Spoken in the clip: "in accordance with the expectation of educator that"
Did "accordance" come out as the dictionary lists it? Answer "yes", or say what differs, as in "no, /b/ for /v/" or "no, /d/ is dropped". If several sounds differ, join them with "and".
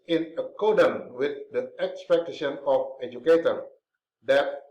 no, /s/ is dropped